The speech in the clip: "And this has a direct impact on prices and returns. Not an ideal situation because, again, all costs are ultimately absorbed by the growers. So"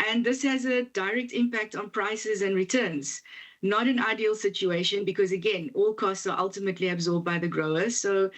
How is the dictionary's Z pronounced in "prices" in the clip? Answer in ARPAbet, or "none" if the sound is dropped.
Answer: Z